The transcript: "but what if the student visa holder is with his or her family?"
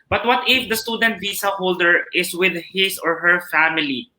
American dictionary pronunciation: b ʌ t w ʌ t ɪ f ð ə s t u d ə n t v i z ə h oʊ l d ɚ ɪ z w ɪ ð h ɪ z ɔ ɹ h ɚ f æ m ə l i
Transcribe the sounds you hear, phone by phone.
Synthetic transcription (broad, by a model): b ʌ t w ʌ t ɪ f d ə s t u d ə n t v i s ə h oʊ l d ɚ ɪ s w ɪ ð h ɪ s ɔ ɹ h ɚ f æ m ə l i